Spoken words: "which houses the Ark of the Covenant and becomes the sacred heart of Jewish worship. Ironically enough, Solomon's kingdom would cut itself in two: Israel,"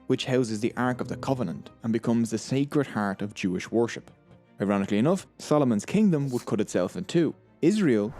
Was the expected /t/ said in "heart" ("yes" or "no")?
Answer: yes